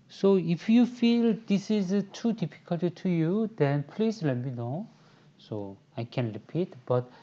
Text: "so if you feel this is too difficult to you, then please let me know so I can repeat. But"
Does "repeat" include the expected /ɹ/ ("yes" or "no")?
yes